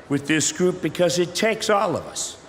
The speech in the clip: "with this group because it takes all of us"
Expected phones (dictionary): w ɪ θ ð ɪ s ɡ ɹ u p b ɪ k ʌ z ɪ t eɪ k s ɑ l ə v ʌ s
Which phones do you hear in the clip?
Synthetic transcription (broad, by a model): w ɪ ð ɪ s ɡ ɹ u p b ɪ k ʌ z ɪ t eɪ k s ɑ l ə v ʌ s